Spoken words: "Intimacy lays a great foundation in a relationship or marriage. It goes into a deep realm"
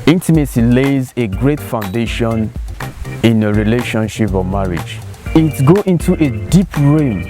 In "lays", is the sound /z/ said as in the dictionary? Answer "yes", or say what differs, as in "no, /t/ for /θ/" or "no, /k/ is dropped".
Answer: yes